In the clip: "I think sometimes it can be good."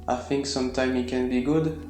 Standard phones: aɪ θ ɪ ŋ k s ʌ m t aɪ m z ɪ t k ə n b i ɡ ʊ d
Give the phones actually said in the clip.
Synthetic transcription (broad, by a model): aɪ θ ɪ ŋ k s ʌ m t aɪ m ɪ t k ə n b i ɡ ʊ d